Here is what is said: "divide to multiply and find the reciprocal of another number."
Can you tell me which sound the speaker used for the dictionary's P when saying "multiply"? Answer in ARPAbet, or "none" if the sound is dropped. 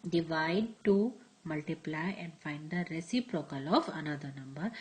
P